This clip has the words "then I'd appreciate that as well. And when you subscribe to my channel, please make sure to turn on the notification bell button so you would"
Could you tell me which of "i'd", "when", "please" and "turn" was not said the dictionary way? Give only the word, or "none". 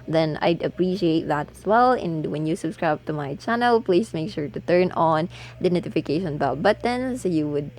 please